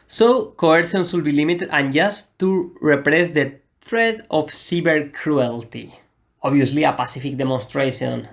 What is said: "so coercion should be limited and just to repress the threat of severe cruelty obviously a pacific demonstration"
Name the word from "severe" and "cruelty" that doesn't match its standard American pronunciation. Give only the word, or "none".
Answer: severe